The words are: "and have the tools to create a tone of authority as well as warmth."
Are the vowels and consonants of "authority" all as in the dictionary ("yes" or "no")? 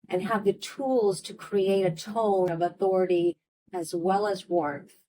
yes